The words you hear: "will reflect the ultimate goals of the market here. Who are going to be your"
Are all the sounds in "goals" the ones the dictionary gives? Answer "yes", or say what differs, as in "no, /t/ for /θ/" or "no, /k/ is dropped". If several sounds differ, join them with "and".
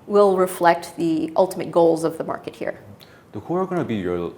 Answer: yes